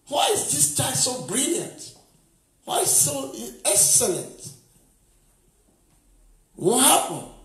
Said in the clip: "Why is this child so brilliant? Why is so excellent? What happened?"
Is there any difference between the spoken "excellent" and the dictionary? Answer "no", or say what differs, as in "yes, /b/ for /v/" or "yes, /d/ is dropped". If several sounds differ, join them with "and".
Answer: no